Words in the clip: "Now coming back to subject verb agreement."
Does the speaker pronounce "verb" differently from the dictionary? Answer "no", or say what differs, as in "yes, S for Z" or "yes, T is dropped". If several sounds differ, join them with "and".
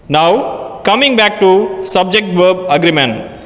no